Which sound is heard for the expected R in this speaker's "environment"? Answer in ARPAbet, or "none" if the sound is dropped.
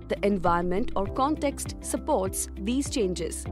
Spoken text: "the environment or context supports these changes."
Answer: none